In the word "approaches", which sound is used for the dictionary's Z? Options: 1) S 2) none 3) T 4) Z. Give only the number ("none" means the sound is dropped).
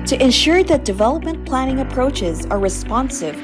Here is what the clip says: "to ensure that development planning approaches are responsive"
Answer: 4